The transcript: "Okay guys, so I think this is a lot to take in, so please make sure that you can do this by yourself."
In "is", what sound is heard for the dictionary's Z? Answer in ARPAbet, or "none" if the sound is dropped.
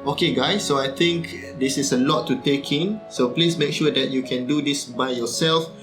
S